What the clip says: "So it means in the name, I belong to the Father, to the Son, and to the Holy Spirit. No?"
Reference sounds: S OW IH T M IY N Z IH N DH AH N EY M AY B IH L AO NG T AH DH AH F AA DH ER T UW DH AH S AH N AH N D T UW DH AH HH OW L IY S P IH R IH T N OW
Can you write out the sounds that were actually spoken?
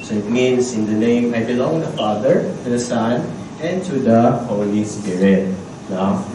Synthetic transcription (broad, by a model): S OW IH T M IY N S IH N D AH N EY M AY B IH L AO NG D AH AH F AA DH ER T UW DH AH S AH N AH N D T UW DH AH HH OW L IY S P IH R IH T N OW